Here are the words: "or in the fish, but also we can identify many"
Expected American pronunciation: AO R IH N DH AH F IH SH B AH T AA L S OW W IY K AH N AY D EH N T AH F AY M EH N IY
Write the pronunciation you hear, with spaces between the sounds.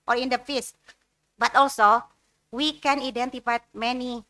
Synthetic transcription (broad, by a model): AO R IH N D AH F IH S B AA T AA L S OW W IY K AH N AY D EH N T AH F AY M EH N IY